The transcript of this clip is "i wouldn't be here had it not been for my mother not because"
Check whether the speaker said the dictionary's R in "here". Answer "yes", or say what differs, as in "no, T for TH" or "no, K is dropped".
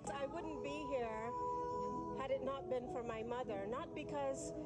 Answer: yes